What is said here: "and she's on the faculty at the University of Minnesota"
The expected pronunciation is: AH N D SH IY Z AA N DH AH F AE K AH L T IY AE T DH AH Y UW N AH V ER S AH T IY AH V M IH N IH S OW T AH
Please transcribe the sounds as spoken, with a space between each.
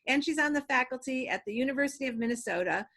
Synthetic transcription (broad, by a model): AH N SH IY Z N DH AH F AE K L T IY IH T DH AH Y UW N AH V ER S AH T IY AH V M IH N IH S OW T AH